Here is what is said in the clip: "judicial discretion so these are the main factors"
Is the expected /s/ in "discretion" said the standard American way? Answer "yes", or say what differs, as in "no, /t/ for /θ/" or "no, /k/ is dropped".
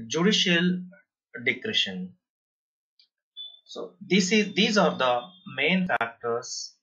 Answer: no, /s/ is dropped